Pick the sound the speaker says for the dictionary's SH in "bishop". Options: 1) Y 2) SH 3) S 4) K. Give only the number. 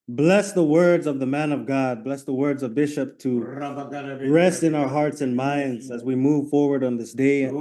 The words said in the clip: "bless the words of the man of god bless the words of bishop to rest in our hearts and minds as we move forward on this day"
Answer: 2